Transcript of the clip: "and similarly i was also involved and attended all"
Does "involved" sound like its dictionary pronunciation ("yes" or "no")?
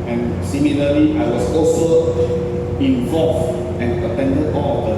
no